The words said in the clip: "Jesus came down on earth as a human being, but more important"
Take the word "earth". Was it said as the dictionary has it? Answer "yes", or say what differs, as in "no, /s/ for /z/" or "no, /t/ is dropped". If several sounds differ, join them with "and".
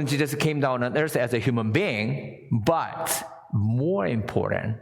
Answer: no, /s/ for /θ/